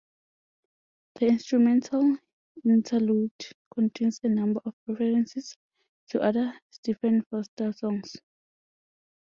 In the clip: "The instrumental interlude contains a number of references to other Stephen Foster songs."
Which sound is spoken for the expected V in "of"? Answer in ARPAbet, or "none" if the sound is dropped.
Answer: P